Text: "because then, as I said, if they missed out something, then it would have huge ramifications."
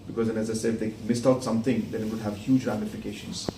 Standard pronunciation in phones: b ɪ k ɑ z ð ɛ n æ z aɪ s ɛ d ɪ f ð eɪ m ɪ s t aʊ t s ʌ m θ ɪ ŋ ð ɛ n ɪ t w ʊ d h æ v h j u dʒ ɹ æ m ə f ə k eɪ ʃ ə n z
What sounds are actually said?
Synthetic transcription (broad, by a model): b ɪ k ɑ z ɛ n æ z aɪ s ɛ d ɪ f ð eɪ m ɪ s t aʊ t s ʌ m t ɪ ŋ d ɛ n ɪ t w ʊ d h æ v h j u dʒ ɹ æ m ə f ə k eɪ ʃ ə n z